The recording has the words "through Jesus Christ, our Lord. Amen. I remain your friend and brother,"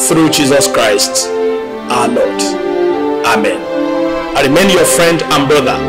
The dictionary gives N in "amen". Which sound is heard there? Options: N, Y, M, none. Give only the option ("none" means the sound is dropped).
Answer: N